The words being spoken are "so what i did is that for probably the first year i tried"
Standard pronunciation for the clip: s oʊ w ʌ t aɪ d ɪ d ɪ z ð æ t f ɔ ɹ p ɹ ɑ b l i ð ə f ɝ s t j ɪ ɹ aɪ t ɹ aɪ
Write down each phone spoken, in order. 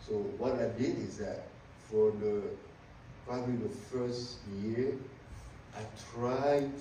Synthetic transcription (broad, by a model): s oʊ w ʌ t aɪ d ɪ d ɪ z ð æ t f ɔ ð p ɹ ɑ b l i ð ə f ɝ s t j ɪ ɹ aɪ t ɹ aɪ